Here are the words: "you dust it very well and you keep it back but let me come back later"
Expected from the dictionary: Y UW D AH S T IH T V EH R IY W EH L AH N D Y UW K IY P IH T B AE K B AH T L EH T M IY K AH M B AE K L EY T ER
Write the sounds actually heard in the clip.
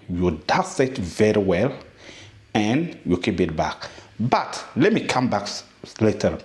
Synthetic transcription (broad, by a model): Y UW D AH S IH T V EH R IY W EH L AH N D Y UW K IY P IH T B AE K B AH T L EH T M IY K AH M B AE K L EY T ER